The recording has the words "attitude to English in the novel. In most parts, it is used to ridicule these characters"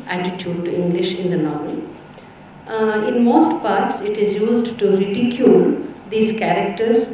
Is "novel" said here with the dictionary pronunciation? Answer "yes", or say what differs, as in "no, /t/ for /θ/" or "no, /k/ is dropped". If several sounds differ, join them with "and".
no, /n/ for /l/